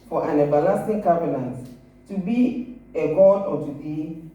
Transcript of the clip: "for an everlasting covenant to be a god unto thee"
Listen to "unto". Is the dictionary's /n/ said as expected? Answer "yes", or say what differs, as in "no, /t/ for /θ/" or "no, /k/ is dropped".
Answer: no, /n/ is dropped